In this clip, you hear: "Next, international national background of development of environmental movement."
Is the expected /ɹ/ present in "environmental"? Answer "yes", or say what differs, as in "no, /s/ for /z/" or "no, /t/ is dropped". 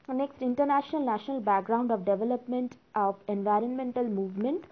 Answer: yes